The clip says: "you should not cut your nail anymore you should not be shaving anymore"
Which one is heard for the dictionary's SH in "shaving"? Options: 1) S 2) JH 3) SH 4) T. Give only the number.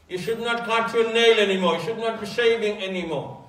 1